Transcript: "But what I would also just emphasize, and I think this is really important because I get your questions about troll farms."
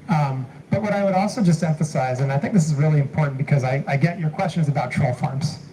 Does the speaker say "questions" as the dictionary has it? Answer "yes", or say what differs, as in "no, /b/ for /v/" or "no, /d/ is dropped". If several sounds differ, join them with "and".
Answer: yes